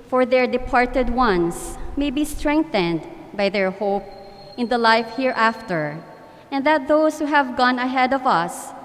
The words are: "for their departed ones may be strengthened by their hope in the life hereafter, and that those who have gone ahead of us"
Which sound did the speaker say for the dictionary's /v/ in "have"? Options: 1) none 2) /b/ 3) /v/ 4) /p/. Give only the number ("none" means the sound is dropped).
3